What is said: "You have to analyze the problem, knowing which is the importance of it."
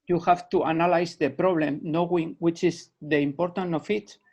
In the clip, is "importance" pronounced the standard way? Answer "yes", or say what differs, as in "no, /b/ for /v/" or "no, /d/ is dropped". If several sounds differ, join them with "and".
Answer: no, /s/ is dropped